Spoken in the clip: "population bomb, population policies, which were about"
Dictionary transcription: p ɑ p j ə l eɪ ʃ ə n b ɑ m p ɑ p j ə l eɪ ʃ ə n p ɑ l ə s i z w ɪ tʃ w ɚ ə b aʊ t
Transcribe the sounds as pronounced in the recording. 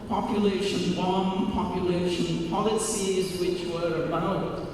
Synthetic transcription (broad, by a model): p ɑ p j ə l eɪ ʃ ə n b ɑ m p ɑ p j ə l eɪ ʃ ə n p ɑ l ə s i z w ɪ tʃ w ɚ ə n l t